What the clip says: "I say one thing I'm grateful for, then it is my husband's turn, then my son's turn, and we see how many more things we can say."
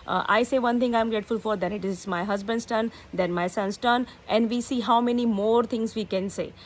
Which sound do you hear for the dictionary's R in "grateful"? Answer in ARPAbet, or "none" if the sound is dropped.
R